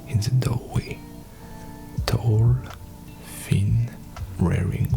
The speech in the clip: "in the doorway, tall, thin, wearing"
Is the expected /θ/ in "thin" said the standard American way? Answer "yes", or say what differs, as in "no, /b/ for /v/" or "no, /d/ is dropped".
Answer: no, /f/ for /θ/